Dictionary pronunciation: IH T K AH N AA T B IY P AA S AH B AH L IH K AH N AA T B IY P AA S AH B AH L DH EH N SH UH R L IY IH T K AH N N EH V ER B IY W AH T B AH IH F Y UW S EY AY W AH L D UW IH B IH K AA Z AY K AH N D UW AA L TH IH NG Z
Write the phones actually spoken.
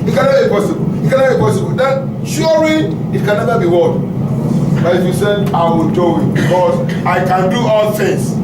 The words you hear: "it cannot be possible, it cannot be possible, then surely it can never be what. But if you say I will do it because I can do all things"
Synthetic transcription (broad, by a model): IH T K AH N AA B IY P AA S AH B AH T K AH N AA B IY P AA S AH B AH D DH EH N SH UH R IY IH T K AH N N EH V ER B IY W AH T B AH IH F Y UW S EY AY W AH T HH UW IH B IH K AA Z AY K AH N D UW AA L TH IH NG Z